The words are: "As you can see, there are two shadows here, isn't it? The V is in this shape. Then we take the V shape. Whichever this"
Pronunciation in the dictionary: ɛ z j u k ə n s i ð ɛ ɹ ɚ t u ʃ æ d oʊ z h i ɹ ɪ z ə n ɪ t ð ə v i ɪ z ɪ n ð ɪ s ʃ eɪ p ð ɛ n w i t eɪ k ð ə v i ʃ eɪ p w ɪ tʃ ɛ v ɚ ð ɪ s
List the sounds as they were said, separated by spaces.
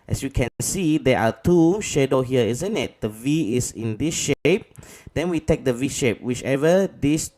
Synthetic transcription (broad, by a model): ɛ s j u k ə n s i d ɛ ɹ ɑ t u ʃ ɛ d oʊ h i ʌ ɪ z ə n ɪ t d ə v i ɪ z ɪ n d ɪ s ʃ eɪ p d ɛ n w i t eɪ k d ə v i ʃ eɪ p w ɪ tʃ ɛ v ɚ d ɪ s